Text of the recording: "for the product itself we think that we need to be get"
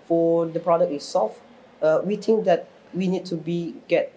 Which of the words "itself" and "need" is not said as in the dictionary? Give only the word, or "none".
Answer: itself